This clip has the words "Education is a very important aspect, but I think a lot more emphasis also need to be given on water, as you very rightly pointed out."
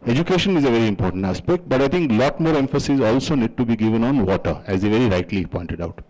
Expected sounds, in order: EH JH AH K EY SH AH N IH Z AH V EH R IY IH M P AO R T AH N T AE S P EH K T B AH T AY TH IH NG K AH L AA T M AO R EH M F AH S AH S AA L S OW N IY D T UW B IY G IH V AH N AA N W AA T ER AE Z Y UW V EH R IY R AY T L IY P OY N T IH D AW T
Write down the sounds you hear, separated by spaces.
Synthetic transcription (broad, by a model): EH JH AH K EY SH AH N IH Z AH V EH R IY IH M P AO R T AH N T AE S P EH K T B AH T AY T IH NG K L AA T M AO R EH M F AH S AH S AA L S OW N IY D T UW B IY G IH V AH N AA N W AA T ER AE Z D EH V EH R IY R AY T L IY P OY N T IH D AW T